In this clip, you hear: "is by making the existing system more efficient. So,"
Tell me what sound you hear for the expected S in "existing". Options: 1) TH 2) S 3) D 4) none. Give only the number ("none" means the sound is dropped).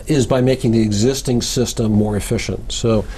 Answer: 2